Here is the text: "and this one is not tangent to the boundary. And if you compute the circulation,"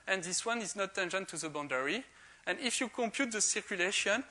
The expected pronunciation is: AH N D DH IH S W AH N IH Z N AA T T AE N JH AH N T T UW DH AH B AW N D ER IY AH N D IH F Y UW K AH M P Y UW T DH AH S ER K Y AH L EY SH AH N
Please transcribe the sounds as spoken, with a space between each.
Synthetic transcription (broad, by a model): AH N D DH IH S W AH N IH Z N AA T T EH N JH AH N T T UW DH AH B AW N D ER IY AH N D IH F Y UW K AH M P Y UW T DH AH S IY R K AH L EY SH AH N